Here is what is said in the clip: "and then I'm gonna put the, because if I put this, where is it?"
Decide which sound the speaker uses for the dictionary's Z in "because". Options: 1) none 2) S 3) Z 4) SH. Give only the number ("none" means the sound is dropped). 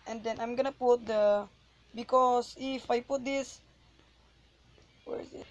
2